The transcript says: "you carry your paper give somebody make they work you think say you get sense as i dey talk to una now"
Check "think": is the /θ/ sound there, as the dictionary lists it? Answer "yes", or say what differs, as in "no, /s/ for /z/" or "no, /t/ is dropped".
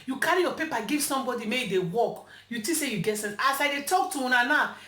no, /t/ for /θ/